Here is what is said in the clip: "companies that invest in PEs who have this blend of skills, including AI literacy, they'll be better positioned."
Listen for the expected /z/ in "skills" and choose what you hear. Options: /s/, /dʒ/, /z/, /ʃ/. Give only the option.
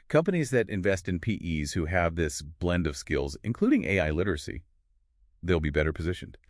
/z/